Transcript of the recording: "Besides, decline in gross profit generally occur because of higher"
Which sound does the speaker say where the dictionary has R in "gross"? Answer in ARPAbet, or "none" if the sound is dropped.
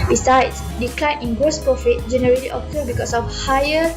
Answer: none